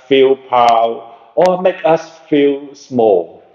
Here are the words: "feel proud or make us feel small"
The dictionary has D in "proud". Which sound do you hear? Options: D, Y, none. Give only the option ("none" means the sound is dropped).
none